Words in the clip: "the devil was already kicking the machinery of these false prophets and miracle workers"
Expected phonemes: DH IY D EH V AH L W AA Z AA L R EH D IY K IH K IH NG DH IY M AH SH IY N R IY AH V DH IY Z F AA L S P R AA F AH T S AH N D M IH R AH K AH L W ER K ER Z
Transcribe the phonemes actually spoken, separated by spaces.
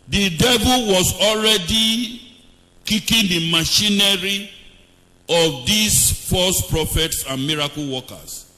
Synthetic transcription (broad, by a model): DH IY D EH V AH L W AA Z AA L R EH D IY K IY K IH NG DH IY M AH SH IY N R IY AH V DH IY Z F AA S P R AA F AH T S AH N M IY R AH K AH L W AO K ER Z